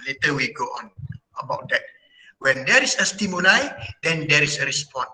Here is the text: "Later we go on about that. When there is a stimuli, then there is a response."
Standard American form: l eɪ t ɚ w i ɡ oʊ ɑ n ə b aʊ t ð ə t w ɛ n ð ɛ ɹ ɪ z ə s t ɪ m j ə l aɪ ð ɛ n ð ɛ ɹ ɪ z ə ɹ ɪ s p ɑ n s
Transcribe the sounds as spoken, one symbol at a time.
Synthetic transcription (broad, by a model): l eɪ t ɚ w i ɡ oʊ ɑ n ə b aʊ t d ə t w ɛ n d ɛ ɹ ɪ s ə s t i m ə n aɪ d ɛ n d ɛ ɹ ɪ s ə ɹ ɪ s p ɑ n